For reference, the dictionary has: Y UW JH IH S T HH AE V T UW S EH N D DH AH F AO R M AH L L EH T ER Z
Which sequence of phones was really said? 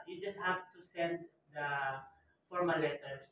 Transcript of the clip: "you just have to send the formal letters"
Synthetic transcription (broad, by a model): Y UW JH IH S T HH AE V T UW S EH N D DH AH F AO R M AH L L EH T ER